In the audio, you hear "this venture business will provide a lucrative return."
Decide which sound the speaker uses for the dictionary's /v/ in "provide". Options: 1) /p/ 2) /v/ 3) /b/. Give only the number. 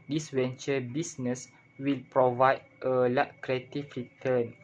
2